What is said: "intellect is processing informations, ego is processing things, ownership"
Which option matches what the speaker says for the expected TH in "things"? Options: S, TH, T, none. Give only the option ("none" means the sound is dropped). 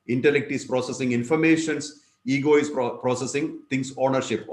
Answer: T